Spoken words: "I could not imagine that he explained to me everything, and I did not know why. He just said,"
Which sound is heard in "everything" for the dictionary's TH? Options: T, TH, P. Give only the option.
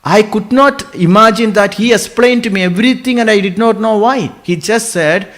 T